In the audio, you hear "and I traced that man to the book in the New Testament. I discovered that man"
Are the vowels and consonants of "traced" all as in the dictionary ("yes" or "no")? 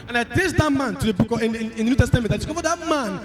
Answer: no